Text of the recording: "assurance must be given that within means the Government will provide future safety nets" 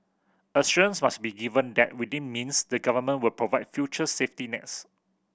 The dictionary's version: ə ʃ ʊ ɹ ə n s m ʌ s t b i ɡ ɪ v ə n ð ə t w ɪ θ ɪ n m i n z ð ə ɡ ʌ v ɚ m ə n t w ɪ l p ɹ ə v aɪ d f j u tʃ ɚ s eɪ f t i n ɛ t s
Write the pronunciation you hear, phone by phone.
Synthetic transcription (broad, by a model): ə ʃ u ə n s m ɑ s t b i ɡ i v ə n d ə t w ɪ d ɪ n m i n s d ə ɡ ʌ v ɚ m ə n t w ɪ l p ɹ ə v aɪ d f j u tʃ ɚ s eɪ f t i n ɛ t s